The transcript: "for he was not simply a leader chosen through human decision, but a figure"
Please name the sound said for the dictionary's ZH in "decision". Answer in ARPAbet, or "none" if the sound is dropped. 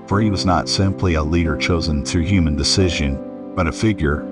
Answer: ZH